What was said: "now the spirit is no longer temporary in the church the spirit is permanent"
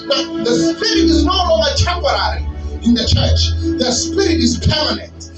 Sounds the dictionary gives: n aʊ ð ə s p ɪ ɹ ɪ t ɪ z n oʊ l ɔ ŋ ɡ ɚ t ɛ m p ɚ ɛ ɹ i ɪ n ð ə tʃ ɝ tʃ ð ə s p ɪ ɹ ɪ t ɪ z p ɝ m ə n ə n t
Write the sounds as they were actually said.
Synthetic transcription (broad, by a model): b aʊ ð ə s p ɪ ɹ ɪ t ɪ z n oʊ l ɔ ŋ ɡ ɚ t ɛ m p ɚ ɛ ɹ i ɪ n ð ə tʃ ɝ tʃ ð ə s p ɪ ɹ ɪ t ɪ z p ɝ m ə n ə n t